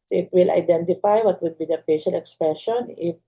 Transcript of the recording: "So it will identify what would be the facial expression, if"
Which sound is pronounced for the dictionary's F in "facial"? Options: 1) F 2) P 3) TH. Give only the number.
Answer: 2